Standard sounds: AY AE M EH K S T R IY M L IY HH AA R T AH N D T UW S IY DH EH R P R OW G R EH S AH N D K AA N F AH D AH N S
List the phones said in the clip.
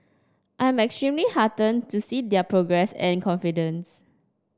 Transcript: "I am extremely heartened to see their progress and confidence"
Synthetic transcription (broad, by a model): AY M EH K S T R IY M L IY HH AA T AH N T UW S IY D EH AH P R OW G R EH S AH N K AA N F AH D AH N S